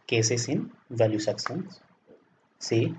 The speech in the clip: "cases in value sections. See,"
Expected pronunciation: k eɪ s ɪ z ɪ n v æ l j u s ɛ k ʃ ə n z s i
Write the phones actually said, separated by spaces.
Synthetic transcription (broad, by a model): k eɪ s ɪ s ɪ n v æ l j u s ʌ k s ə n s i